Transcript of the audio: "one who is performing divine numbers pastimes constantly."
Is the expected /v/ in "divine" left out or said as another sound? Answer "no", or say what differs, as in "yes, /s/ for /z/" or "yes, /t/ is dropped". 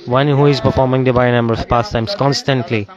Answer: yes, /b/ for /v/